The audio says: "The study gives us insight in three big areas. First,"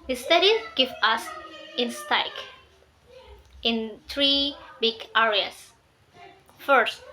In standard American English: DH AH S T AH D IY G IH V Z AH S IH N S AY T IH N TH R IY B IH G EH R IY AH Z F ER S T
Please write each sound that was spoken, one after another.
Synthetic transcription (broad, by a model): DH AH S T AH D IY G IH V AH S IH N S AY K IH N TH R IY B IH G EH R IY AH S F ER S T